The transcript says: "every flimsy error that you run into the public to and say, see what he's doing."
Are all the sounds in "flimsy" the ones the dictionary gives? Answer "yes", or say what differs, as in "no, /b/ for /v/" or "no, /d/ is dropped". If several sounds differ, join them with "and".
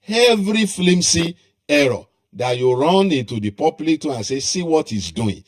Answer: no, /s/ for /z/